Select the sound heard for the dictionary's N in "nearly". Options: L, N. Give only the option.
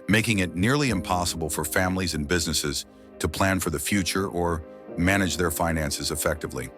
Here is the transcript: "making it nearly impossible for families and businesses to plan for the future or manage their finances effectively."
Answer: N